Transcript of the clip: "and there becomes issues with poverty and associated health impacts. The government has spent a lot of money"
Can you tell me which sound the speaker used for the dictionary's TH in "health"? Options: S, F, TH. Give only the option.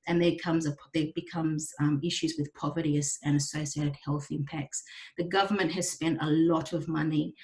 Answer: TH